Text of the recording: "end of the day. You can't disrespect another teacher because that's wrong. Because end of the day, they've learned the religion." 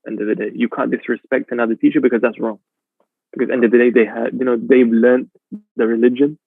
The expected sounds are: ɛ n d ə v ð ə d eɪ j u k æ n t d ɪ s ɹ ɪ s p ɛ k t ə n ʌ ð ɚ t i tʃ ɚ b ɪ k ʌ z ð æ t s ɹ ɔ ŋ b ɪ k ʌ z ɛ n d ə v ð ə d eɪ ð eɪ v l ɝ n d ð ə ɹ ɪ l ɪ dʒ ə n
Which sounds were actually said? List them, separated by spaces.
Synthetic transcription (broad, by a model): ɛ n d ə v ð ə d eɪ j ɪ k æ n d ɪ s ɹ ɪ s p ɛ k t ə n ʌ ð ɚ t i tʃ ɚ b ɪ k ʌ z ð æ t s ɹ ɔ ŋ b ɪ k ʌ z ɛ n d ə v ð ə d eɪ ð eɪ v l ɝ n ð ə ɹ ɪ l ɪ dʒ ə n